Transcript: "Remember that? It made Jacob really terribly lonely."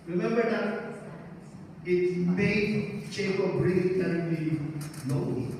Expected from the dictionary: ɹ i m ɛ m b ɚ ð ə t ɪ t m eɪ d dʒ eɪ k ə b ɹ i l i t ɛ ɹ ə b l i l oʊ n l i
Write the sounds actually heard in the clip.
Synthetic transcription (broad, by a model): ɹ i m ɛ m b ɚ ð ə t ɪ t m eɪ d tʃ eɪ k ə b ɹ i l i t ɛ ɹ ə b i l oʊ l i